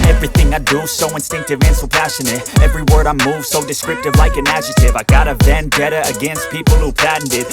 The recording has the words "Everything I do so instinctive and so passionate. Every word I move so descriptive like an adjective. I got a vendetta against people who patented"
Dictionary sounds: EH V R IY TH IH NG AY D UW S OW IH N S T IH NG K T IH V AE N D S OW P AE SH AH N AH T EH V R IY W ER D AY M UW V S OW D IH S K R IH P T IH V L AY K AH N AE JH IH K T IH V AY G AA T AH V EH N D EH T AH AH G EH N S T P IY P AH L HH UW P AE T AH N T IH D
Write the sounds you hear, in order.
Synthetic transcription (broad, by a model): EH V R IY TH IH NG AY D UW S OW IH N S T IH NG K T IH V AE N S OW P AE SH AH N AH T EH V R IY W ER D AY M UW V S OW D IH S K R IH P T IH V L AY K AH N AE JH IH T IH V AY G AA T AH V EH N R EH T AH AH G EH N S T P IY P L HH UW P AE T N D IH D